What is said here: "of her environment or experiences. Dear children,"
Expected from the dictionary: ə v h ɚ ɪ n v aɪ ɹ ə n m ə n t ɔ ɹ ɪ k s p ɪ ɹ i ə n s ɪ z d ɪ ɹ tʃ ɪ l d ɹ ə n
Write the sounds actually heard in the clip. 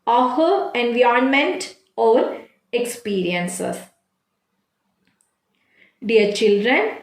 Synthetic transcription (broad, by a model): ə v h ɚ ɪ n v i ə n m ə n t ɔ ɹ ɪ k s p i ɹ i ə n s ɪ s d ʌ ɹ tʃ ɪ l d ɹ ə n